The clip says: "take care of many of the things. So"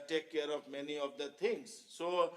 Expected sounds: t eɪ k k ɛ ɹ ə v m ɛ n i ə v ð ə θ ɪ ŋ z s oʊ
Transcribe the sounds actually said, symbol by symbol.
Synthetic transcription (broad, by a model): t eɪ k k ɛ ɹ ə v m ɛ n i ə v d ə t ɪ ŋ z s oʊ